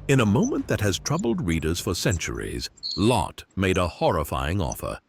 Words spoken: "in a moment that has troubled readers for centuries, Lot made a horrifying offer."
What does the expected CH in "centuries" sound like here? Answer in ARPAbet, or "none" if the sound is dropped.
CH